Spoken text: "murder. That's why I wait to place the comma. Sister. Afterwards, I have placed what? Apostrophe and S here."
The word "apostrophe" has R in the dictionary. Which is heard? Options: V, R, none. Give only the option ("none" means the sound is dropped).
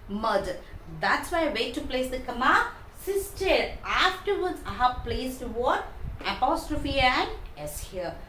R